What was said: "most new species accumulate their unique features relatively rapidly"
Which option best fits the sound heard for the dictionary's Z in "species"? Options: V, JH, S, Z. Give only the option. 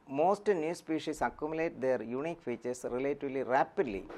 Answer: S